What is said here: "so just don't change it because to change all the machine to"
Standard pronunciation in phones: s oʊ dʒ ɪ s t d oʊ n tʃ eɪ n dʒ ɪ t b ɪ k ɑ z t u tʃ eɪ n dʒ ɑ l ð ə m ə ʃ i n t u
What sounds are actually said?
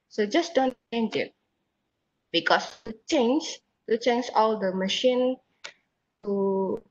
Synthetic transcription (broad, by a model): s oʊ dʒ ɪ s d oʊ n tʃ eɪ n dʒ ɪ t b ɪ k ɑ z t u tʃ eɪ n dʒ ɑ l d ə m ə ʃ i n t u